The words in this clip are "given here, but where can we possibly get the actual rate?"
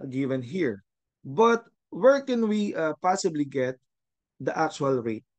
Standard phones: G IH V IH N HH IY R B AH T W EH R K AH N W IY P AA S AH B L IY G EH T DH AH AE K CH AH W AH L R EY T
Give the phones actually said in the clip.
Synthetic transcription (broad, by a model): G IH V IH N HH IY R B AH T W EH R K AH N W IY P AA S AH B L IY G EH T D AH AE K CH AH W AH L R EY T